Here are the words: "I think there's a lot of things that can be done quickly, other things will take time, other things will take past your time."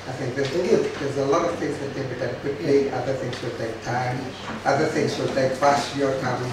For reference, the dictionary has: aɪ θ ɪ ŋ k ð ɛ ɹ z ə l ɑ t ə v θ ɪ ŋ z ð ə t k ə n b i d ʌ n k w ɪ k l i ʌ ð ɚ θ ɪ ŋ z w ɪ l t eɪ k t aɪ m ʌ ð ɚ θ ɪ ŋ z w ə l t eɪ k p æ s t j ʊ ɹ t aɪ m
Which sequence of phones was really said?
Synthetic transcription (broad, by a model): aɪ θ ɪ ŋ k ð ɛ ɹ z ə l ɑ t ə v θ ɪ ŋ z ð ə t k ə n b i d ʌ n k w ɪ k l i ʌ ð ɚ θ ɪ ŋ z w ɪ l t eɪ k t aɪ m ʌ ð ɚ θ ɪ ŋ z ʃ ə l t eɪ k f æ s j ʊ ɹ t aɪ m